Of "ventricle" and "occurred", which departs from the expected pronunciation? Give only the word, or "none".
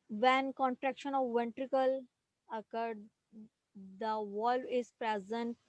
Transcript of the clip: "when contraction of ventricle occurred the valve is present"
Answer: none